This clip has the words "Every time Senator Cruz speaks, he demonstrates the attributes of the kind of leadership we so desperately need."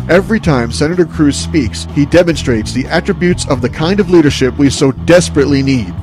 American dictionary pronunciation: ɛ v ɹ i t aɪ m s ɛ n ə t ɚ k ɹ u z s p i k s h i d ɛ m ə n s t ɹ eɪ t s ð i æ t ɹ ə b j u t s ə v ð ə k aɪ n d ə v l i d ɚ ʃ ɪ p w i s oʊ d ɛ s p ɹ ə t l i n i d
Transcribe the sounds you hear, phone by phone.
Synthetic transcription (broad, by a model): ɛ v ɹ i t aɪ m s ɛ n ə t ɚ k ɹ u z s p i k s h i d ɛ m ə n s t ɹ eɪ t s ð i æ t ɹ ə b j u t s ə v ð ə k aɪ n d ə v l i d ɚ ʃ ɪ p w i s oʊ d ɛ s p ɹ ə t l i n i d